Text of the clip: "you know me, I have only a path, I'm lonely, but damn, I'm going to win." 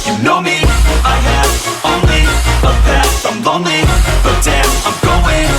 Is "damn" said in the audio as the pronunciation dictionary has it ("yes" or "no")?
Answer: no